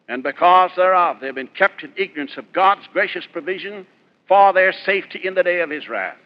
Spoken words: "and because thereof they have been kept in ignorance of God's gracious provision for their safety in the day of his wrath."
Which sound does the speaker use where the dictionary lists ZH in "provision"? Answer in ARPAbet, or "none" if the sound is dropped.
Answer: ZH